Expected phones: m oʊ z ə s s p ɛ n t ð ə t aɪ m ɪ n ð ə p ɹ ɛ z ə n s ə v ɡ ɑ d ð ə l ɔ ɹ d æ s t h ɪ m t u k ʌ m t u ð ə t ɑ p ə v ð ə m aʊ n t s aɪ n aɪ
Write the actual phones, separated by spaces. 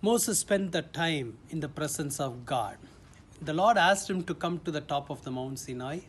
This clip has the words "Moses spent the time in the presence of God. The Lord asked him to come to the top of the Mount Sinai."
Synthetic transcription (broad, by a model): m oʊ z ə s s p ɛ n t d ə t aɪ m ɪ n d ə p ɹ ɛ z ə n s ə v ɡ ɑ d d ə l ɔ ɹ d æ s t h ɪ m t u k ʌ m t u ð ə t ɑ p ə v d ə m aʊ n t s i n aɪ